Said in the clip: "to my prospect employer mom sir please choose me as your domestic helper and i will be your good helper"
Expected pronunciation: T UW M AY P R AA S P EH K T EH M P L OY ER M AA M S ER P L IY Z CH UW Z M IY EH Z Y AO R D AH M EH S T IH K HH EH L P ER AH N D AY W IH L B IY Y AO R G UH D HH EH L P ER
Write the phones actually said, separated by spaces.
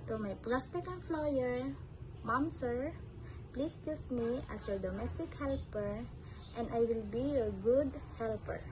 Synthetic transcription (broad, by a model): T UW M AY P R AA S P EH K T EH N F L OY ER M AA M S ER P L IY S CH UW S M IY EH S Y AO R D AH M EH S T IH K HH EH L P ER AH N D AY W IH L B IY Y AO R G UH D HH EH L P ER